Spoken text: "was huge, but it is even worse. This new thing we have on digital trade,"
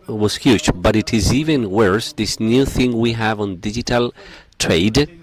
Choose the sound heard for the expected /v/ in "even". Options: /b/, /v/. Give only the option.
/v/